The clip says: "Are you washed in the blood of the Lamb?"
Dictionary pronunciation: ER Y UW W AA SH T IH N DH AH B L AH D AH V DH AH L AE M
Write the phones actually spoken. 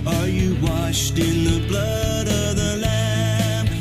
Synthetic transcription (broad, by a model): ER Y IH W AA SH T IH N DH AH B L AH D AH V DH AH L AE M